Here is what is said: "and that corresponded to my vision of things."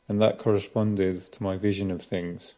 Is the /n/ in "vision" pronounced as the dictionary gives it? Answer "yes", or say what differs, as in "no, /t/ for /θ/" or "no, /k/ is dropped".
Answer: yes